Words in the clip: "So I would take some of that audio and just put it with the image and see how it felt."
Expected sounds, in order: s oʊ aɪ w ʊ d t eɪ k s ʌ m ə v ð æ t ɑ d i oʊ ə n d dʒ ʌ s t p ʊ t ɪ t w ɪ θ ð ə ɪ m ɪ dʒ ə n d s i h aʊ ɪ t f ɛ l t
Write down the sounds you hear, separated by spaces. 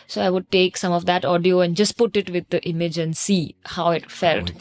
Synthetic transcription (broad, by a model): s oʊ aɪ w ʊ d t eɪ k s ʌ m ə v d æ t ɑ d i oʊ ə n d dʒ ʌ s t p ʊ t ɪ t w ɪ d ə ɪ m ɪ dʒ ə n d s i h aʊ ɪ t f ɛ l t